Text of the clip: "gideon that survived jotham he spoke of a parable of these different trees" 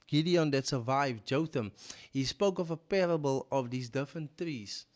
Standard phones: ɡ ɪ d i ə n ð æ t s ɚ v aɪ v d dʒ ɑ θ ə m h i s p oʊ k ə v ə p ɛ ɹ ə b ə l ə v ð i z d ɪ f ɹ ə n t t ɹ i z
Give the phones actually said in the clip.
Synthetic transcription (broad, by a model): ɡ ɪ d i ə n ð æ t s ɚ v aɪ v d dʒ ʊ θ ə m h i s p oʊ k ə v ə p ɛ ɹ ə b ə l ə v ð i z d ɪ f ɹ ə n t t ɹ i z